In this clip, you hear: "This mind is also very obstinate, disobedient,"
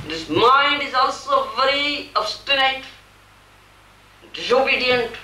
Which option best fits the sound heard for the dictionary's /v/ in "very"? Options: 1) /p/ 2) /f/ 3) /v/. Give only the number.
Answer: 3